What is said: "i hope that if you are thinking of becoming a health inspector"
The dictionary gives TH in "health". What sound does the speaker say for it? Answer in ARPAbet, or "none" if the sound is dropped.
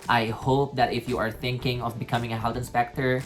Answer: T